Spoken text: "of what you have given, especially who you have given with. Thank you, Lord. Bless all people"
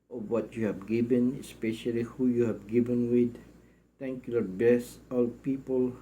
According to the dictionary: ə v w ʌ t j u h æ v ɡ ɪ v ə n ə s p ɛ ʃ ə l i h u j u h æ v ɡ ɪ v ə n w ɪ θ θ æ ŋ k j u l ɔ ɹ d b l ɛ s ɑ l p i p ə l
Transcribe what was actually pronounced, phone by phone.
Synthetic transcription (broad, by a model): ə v w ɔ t j u h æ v ɡ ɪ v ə n ə s p ɛ ʃ ə l i h u j u h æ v ɡ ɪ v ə n w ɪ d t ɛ ŋ k j u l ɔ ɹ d b ɛ s ɑ l p i p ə l